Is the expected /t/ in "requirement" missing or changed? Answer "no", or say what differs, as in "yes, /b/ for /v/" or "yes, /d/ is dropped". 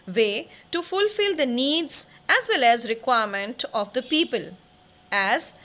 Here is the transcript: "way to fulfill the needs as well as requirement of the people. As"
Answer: no